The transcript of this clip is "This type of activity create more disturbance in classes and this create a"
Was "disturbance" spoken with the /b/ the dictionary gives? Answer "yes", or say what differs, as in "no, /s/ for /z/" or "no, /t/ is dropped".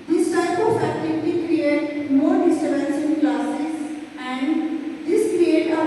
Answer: no, /b/ is dropped